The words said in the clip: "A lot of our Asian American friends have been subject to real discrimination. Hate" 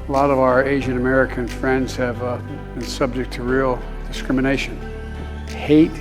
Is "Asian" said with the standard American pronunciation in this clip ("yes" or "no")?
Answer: yes